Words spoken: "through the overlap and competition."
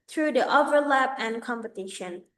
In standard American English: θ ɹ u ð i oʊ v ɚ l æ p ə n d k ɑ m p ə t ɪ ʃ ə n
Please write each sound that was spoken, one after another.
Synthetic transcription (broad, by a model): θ ɹ u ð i oʊ v ɚ l æ p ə n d k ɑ m p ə t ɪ ʃ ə n